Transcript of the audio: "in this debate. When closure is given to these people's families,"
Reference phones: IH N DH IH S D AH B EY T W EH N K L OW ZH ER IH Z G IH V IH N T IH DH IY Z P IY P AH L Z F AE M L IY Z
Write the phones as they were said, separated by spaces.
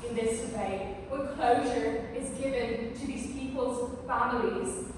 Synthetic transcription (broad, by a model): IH N DH IH S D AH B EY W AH K L OW ZH ER IH Z G IH V IH N T IH DH IY Z P IY P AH L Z F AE M L IY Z